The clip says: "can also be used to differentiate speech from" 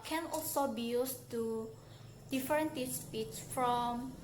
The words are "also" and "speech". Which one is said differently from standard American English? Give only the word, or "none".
speech